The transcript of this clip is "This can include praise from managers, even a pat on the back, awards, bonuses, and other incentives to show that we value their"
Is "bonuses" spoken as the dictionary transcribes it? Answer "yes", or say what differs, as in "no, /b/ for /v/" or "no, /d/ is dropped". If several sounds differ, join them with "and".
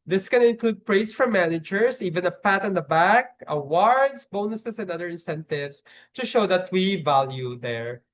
no, /s/ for /z/